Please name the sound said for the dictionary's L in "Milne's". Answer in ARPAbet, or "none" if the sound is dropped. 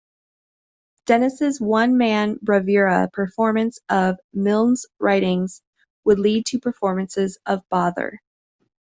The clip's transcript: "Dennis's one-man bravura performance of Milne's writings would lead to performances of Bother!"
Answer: L